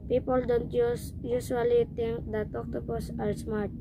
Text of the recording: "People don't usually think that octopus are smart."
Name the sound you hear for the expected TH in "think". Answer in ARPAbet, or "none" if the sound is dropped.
T